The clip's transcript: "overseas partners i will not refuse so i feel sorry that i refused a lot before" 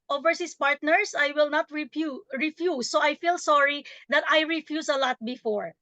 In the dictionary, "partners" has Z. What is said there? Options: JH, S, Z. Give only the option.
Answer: S